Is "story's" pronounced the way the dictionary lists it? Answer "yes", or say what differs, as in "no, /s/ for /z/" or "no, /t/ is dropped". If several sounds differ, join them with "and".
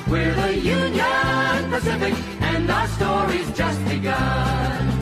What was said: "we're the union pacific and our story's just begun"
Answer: yes